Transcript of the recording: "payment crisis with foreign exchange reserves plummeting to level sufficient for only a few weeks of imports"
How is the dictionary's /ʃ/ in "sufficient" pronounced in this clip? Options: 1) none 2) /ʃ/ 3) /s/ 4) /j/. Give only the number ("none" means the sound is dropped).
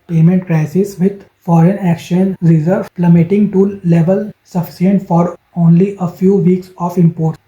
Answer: 3